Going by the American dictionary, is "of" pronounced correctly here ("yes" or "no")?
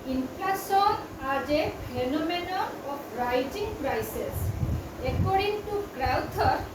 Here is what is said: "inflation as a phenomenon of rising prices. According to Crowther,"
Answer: no